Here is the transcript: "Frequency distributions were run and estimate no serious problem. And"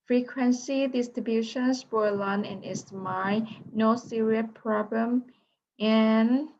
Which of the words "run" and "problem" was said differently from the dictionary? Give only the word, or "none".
run